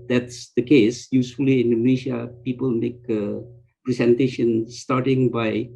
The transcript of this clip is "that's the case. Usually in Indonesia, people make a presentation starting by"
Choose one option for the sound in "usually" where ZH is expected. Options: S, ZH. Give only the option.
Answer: S